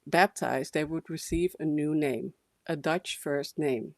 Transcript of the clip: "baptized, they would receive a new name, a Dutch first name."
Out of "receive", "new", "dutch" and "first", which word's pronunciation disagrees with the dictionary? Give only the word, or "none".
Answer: none